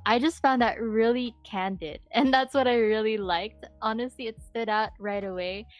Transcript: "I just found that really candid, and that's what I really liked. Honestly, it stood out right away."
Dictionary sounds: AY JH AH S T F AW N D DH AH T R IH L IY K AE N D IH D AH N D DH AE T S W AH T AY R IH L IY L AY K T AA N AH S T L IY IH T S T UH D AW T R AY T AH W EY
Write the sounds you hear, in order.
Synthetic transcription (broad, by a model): AY JH AH S T F AW N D DH AH T R IH L IY K AE N D IH D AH N DH AE T S W AH T AY R IH L IY L AY K T AA N AH S T L IY IH T S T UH D AW T R AY T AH W EY